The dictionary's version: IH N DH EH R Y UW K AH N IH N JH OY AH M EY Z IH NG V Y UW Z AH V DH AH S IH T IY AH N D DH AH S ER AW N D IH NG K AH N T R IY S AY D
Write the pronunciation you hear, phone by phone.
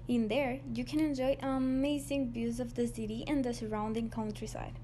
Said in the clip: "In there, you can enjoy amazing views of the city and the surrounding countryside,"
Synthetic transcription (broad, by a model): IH N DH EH R Y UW K AH N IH N JH OY AH M EY Z IH NG B Y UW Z AH V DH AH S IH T IY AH N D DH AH S ER AW N D IH NG K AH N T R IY S AY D